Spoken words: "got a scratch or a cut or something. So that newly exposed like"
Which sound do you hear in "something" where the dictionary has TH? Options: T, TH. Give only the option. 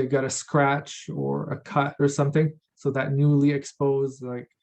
TH